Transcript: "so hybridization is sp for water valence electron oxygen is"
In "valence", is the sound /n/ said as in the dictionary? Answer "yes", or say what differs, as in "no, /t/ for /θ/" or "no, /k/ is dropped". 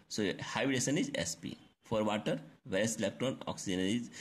no, /n/ is dropped